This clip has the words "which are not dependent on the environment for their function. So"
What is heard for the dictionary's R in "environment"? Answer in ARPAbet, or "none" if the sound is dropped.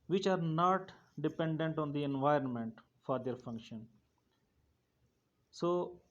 R